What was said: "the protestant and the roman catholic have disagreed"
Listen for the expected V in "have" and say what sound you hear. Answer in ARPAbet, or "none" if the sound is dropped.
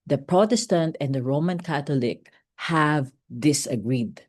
V